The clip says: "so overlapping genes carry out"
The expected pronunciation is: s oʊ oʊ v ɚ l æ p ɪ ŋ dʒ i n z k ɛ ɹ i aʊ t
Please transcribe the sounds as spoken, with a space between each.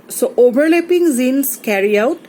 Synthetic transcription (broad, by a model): s oʊ oʊ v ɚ l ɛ p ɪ ŋ z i n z k ɛ ɹ i aʊ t